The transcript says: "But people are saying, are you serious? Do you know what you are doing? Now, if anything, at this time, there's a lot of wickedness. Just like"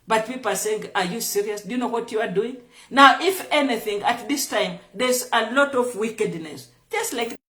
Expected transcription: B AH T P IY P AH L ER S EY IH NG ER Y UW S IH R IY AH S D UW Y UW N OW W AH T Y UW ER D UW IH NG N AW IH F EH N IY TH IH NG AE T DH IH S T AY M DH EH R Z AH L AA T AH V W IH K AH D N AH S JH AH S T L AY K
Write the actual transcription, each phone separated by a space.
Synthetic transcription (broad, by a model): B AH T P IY P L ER S EY IH NG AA Y UW S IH R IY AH S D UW Y UW N OW W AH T Y UW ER D UW IH NG N AW IH F EH N IY TH IH NG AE T DH IH S T AY M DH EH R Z AH L AA T AH V W IH K AH D N AH S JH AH S T L AY K